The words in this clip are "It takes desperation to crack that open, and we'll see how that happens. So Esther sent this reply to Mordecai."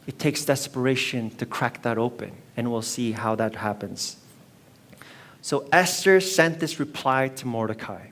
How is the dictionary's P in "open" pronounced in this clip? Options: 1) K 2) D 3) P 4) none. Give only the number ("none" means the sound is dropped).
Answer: 3